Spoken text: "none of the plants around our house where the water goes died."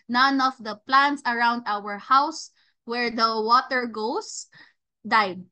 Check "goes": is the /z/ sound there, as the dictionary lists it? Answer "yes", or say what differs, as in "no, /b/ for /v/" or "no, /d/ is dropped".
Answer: no, /s/ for /z/